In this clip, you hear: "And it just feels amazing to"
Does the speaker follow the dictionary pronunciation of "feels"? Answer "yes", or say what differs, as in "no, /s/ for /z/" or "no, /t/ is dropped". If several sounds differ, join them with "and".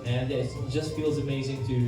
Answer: yes